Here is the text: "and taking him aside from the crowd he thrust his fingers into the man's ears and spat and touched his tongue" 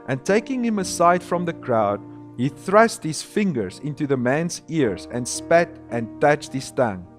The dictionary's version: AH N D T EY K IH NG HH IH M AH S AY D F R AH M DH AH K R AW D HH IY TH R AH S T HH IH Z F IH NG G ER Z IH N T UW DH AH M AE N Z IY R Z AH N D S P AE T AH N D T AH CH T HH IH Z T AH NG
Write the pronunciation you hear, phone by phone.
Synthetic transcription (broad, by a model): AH N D T EY K IH NG HH IH M AH S AY D F R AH M DH AH K R AW D HH IY TH R AH S T HH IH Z F IH NG G ER Z IH N T UW DH AH M AE N Z IY R Z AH N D S P AE T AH N T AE CH T HH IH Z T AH NG